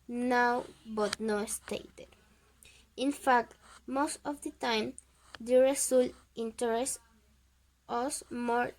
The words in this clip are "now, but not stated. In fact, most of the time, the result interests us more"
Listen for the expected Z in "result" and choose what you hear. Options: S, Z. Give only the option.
S